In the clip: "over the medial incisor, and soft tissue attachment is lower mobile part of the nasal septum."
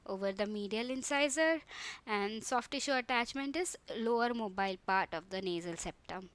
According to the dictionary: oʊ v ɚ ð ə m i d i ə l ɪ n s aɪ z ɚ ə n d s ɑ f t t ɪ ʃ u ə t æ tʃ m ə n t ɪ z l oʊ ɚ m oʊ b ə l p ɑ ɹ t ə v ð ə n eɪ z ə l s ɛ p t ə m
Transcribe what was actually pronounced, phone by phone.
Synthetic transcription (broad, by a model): oʊ v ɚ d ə m i d i ə l ɪ n s aɪ z ɚ ə n d s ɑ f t t ɪ ʃ u ə t æ tʃ m ə n t ɪ z l oʊ ɚ m oʊ b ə l p ɑ ɹ t ə v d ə n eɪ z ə l s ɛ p t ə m